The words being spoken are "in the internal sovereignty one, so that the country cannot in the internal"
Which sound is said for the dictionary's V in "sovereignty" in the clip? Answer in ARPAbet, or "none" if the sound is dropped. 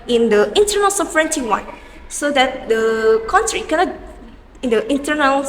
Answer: F